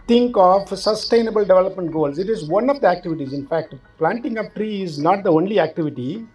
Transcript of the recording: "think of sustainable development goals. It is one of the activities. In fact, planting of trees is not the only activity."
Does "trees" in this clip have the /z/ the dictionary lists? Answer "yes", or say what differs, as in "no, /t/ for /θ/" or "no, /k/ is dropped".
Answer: no, /z/ is dropped